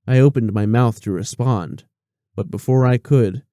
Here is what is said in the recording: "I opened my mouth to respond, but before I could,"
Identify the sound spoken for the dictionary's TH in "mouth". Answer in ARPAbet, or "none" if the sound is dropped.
TH